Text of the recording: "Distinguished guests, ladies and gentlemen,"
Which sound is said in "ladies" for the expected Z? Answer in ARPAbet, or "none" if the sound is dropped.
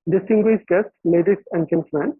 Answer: S